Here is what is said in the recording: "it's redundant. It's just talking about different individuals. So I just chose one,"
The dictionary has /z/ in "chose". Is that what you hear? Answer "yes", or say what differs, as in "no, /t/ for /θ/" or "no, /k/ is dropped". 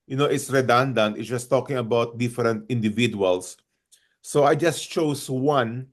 no, /s/ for /z/